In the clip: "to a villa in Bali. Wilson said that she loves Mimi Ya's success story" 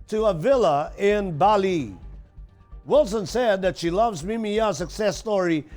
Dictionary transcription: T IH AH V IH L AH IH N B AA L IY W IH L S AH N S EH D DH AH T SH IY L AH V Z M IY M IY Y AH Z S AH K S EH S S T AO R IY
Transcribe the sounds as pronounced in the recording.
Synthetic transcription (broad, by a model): T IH AH V IH L AH IH N B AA L IY W IH L S AH N S EH D DH AH T SH IY L AH V Z M IY M IY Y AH S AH K S EH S S T AO R IY